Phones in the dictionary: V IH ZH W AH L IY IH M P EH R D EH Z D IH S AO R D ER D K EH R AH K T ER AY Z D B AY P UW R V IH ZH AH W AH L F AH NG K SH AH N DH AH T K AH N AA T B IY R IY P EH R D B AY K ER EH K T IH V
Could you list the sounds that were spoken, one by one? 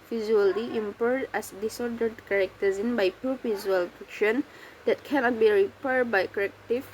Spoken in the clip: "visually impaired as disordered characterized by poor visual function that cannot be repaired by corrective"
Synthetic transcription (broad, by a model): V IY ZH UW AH L IY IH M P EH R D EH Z D IH S AO R D ER D K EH R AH K T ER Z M B AY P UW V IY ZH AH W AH L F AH K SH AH N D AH T K AH N AA T B IY R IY P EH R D B AY K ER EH K T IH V